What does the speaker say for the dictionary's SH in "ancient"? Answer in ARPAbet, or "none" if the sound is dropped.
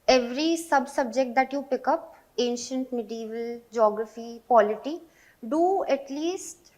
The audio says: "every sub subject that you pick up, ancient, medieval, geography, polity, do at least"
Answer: SH